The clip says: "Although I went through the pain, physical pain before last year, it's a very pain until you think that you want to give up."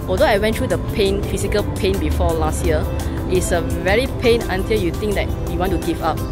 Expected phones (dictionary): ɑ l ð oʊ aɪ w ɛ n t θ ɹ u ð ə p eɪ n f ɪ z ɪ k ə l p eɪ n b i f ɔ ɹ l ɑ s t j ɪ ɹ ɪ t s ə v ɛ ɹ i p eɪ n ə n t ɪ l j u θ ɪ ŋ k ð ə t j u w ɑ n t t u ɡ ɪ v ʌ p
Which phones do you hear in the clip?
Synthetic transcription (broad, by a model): ɑ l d oʊ aɪ w ɛ n t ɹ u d ə p eɪ n f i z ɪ k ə l p eɪ n b i f ɔ l ɑ s t j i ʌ ɪ t s ə v ɛ ɹ i p eɪ n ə n t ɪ l j u t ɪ ŋ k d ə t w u w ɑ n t t u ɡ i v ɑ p